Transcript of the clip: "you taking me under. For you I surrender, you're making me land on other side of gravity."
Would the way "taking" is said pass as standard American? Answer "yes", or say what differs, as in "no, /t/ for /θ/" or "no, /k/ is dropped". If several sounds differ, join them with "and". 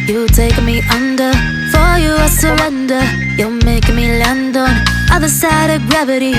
no, /k/ is dropped